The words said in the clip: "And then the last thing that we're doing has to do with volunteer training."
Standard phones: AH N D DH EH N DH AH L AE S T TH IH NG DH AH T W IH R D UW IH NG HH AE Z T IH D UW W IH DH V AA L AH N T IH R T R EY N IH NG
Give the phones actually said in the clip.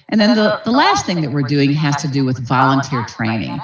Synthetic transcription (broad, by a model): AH N DH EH N DH AH L AE S T TH IH NG DH AH T W IH R D UW IH NG HH AE Z T IH D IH W IH DH V AA L AH N T IH R T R EY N IH NG